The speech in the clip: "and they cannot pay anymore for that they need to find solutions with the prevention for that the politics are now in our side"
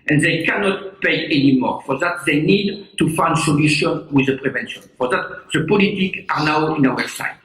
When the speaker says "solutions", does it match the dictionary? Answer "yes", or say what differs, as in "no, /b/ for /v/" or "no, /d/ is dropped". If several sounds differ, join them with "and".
no, /z/ is dropped